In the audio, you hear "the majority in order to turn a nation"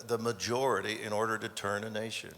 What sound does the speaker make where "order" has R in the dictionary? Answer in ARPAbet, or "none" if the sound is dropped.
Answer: R